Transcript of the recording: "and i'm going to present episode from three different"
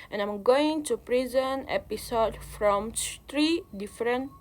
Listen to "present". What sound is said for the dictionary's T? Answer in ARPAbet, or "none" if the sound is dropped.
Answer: none